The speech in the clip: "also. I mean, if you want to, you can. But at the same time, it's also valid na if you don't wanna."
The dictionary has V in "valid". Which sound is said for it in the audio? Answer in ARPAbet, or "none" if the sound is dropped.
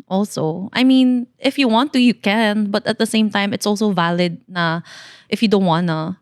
V